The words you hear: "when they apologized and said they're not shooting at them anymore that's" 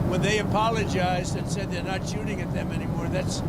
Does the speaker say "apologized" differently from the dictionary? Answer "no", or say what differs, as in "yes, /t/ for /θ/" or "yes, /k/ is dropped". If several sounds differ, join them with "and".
no